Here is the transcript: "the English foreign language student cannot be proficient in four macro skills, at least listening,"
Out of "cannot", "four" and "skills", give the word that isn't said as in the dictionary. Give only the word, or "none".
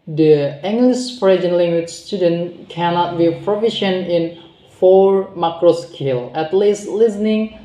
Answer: skills